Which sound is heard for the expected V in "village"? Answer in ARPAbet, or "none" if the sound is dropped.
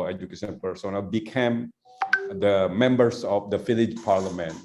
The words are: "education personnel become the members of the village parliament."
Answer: F